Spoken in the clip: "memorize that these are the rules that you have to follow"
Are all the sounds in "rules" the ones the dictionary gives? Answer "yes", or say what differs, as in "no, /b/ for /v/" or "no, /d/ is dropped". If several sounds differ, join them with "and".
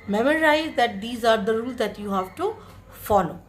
yes